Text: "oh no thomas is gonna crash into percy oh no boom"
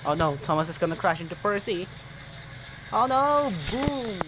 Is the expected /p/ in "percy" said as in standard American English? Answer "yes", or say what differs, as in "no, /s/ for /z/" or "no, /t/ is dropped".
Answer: yes